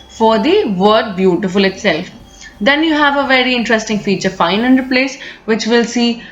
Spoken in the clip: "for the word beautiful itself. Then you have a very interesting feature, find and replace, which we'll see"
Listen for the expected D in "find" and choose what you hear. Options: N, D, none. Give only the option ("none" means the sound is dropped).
none